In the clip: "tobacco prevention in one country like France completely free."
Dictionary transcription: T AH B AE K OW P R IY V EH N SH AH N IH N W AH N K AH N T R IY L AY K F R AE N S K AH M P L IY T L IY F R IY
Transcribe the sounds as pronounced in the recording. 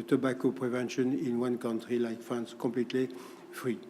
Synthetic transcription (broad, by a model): T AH B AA K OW P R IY V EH N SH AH N IH N W AH N K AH N T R IY L AY K F AE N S K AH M P L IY T L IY F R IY